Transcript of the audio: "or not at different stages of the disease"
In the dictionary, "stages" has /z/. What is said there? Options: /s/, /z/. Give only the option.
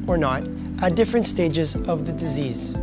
/z/